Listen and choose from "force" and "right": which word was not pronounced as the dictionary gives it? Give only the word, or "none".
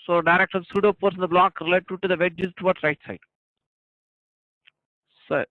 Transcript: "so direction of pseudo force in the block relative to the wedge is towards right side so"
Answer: force